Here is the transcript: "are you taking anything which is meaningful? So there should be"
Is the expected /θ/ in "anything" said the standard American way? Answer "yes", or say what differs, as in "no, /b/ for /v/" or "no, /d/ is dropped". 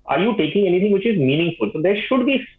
no, /t/ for /θ/